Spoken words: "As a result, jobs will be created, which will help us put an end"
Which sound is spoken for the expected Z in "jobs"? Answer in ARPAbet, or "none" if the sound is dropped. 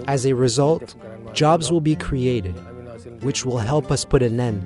Z